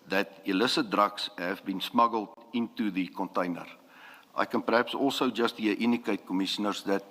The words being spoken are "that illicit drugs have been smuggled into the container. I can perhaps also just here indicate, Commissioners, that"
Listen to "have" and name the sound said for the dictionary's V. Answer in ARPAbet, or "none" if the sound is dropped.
V